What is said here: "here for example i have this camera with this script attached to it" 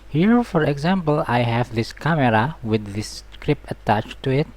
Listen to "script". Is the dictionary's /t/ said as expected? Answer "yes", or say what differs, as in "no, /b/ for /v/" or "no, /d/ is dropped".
no, /t/ is dropped